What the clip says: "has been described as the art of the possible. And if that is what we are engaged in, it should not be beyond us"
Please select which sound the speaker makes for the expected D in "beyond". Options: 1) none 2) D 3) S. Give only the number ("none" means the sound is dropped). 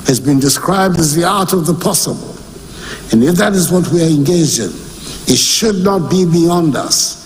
2